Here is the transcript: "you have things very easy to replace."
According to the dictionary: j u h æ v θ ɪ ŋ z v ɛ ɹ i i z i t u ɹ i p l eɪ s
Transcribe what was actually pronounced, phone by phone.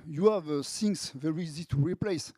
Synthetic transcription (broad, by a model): j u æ v s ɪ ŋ s v ɛ ɹ i i z i t u ɹ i p l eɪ s